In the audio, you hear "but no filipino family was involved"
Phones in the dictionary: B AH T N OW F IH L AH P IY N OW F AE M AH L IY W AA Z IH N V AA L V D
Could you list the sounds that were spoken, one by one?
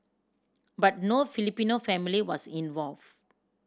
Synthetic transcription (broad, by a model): B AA T N OW F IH L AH P IY N OW F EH M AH L IY W AA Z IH N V AA L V